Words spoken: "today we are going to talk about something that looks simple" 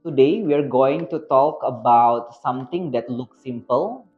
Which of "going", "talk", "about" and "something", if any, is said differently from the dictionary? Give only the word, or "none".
something